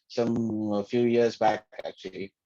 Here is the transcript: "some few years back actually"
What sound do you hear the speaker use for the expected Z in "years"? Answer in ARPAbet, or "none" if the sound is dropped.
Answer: Z